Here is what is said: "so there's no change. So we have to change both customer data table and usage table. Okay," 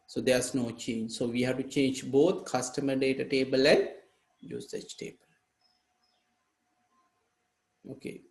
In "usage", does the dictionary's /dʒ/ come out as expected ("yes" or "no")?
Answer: no